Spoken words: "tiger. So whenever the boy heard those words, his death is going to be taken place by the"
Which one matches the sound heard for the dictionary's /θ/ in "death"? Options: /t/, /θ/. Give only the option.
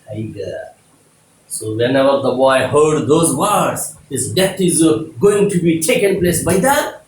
/t/